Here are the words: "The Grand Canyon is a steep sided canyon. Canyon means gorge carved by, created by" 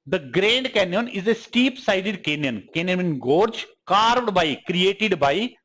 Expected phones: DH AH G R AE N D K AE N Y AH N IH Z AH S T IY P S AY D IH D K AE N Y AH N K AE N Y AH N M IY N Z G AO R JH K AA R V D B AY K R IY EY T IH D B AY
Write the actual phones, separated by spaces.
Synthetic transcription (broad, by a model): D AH G R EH N D K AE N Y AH N IH Z AH S T IY P S AY D IH D K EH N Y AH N K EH N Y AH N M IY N G AO R JH K AA R V D B AY K R IY EY T IH D B AY